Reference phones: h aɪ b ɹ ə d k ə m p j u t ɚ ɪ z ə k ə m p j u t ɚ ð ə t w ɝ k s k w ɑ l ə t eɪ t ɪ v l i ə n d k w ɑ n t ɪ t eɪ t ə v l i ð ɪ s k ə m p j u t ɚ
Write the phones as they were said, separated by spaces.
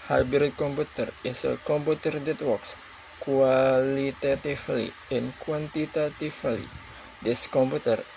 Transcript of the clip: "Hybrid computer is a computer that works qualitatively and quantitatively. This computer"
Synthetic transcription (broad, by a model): h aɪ b ɹ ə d k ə m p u t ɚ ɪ s ə k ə m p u t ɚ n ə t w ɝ k s k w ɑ l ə t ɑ t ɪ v l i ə n k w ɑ n t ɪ t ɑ t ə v l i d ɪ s k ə m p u t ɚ